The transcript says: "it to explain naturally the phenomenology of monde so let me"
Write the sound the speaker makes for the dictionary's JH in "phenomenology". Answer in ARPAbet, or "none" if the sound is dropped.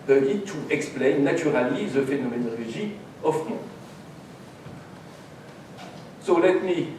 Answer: ZH